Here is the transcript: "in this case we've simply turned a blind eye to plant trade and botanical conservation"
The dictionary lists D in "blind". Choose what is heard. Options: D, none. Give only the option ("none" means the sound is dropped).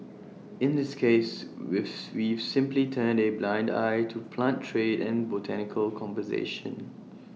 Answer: D